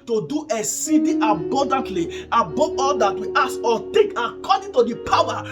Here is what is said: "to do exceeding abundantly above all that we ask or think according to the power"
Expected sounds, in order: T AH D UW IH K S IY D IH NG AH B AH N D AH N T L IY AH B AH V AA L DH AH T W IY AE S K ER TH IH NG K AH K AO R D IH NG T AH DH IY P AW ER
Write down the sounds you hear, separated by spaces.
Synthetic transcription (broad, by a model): T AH D UW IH S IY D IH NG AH B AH N D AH N T L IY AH B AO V AA L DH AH T W IY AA S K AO T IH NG K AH K AO D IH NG T AH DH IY P AW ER